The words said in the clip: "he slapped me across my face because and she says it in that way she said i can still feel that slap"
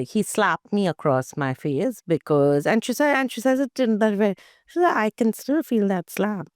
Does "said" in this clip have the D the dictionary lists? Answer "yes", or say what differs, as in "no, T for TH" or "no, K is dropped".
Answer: no, D is dropped